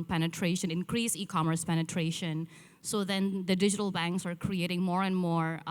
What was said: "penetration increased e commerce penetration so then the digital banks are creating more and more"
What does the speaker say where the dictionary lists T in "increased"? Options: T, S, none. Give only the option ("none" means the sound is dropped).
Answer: none